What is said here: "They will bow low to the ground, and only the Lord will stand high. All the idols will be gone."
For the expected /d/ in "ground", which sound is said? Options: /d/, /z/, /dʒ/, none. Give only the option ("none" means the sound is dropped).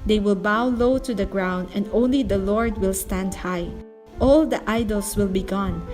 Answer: /d/